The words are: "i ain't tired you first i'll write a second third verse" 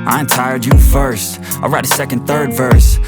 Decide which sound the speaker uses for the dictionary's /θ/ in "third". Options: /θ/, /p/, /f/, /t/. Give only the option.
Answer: /θ/